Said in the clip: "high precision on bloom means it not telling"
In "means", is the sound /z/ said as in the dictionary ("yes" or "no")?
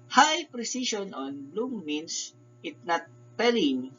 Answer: no